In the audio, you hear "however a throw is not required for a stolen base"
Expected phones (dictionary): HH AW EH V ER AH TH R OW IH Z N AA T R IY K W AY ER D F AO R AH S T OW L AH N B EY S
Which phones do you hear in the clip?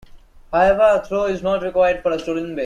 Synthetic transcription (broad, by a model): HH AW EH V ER AH T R OW IH Z N AA T R IY K W AY ER D F AO R AH S T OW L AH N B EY